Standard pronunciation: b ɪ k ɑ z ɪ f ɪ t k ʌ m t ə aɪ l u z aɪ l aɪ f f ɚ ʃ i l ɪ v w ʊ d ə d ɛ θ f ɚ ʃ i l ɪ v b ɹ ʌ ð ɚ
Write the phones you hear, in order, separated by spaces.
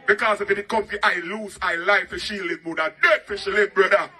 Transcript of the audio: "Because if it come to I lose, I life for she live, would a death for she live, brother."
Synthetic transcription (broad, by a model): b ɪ k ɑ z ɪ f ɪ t k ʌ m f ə aɪ l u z aɪ l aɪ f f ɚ ʃ i l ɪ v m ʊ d ə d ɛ t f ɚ ʃ i l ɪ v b ɹ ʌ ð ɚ